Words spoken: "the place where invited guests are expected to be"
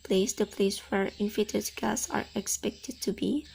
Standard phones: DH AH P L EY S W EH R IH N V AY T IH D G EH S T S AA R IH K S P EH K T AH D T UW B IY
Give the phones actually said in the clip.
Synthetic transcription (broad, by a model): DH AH P L EY S W EH R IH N F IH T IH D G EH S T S AA R IH K S P EH K T AH D T UW B IY